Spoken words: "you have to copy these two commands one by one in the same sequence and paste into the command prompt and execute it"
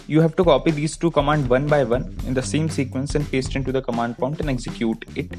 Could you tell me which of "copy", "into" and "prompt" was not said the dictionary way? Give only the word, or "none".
prompt